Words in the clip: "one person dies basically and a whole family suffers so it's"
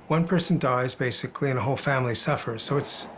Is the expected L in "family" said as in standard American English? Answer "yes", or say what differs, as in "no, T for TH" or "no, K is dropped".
yes